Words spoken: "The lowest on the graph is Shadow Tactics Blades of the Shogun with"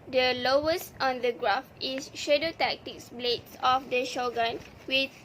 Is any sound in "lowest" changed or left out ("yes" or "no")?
no